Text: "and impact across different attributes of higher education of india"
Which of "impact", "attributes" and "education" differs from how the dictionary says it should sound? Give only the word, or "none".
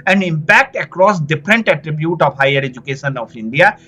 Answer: attributes